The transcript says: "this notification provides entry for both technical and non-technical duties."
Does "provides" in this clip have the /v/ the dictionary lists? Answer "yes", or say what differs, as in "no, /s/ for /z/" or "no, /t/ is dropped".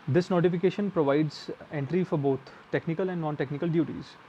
yes